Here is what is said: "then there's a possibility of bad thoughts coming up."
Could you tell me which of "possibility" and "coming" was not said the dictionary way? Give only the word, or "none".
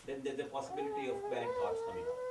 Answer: coming